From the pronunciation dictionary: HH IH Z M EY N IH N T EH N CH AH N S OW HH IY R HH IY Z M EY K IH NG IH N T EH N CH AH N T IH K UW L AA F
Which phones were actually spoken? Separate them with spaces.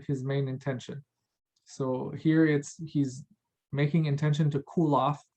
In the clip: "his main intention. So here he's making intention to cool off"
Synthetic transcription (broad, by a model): HH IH Z M EY N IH N T EH N SH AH N S OW HH IY R HH IY Z M EY K IH NG IH N T EH N SH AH N T IH K UW L AA F